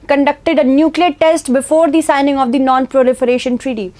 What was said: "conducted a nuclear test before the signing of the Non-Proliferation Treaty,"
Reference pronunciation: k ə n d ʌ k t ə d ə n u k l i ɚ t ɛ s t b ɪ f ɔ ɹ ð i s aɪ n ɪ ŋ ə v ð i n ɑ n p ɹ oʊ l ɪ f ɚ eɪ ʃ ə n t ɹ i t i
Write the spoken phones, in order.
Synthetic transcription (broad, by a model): k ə n d ʌ k t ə d ə n u k l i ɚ t ɛ s t b ɪ f ɔ ɹ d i s aɪ n ɪ ŋ ə v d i n ɑ n p ɹ oʊ l ɪ f ɚ eɪ ʃ ə n t ɹ i t i